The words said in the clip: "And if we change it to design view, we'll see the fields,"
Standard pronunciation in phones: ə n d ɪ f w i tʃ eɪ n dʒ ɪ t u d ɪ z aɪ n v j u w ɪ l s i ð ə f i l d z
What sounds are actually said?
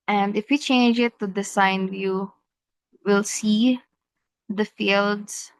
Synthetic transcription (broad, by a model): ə n d ɪ f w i tʃ eɪ n dʒ ɪ t u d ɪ s aɪ n v j u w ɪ l s i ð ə f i l d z